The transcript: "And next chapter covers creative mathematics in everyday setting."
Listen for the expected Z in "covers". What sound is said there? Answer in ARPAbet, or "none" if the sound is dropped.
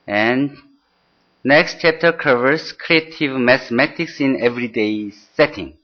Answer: S